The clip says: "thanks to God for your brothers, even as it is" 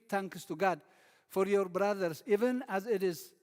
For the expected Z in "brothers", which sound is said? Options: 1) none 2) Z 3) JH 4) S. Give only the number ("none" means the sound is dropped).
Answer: 4